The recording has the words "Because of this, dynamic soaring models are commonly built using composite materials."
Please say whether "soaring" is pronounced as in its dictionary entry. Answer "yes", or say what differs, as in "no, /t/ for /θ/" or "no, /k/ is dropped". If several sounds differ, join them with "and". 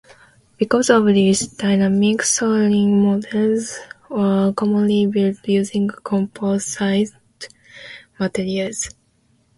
no, /l/ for /ɹ/